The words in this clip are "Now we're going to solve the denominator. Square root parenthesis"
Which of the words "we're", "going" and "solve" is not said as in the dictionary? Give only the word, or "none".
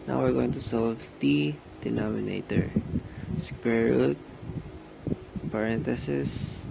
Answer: none